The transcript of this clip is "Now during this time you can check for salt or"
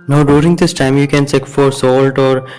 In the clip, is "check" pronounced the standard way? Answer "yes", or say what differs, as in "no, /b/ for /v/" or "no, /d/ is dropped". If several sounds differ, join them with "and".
no, /s/ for /tʃ/